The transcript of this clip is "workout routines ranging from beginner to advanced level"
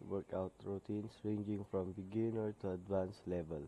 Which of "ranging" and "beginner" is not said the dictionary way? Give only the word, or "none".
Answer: none